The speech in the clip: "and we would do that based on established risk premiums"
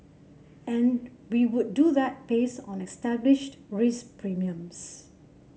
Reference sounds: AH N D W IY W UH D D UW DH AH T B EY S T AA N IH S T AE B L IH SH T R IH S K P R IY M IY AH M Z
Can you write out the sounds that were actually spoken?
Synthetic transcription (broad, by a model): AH N W IY W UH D D UW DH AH T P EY S AA N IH S T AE B L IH SH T R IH S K P R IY M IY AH M S